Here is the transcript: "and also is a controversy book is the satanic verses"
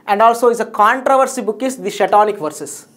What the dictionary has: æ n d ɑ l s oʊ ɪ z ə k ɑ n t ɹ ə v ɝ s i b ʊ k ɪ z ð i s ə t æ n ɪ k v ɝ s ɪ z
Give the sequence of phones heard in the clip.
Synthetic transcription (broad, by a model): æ n d ɑ l s oʊ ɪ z ə k ɑ n t ɹ ə v ɝ s i b ʊ k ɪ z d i ʃ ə t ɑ n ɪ k v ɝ s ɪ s